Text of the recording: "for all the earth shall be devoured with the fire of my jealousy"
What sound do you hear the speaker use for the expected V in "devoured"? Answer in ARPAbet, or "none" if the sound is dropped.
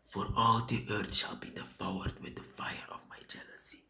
F